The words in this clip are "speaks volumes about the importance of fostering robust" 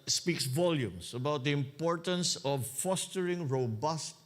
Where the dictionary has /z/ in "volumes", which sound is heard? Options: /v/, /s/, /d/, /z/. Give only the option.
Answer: /s/